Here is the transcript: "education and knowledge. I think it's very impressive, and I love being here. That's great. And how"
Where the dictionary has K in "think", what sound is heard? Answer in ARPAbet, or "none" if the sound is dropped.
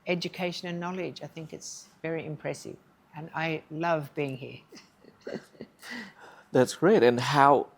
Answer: K